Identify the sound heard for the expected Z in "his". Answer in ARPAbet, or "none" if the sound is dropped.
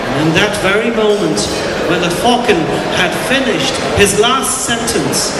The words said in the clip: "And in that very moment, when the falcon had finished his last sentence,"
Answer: Z